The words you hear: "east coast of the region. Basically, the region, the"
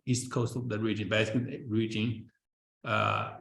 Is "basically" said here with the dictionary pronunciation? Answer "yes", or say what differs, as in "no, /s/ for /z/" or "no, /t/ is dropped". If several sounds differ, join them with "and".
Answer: no, /l/ is dropped